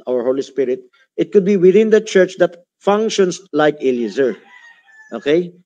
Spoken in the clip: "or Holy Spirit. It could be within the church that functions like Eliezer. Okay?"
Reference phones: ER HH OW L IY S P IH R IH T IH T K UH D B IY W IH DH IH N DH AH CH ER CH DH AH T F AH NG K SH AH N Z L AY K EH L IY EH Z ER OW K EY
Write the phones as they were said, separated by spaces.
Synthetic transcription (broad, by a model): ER HH OW L IY S P IH R IH T IH T K UH D B IY W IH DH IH N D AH CH ER CH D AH T F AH NG K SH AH N S L AY K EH L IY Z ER OW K EY